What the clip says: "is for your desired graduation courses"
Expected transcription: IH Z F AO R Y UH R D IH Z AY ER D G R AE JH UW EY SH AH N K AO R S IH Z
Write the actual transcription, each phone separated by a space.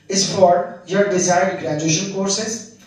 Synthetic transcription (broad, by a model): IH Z F AO R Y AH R D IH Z AY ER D G R AE JH UW EY SH AH N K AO R S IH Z